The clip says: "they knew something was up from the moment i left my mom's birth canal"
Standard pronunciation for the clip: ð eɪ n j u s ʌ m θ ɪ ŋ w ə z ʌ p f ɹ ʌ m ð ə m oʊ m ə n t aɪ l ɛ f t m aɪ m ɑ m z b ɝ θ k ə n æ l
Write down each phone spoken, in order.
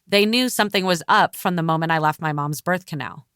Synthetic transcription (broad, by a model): ð eɪ n j u s ʌ m θ ɪ ŋ w ə z ʌ p f ɹ ʌ m ð ə m oʊ m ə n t aɪ l ɛ f t m aɪ m ɑ m z b ɝ θ k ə n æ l